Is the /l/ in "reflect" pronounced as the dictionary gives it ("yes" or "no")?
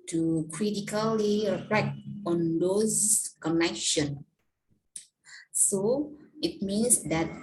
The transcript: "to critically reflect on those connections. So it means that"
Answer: no